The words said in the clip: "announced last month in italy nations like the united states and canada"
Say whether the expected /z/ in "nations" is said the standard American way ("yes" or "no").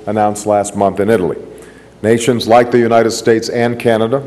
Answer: yes